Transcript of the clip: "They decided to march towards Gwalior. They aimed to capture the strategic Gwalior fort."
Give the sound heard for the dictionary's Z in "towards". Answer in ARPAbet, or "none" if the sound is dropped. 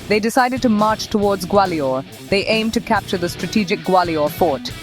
Z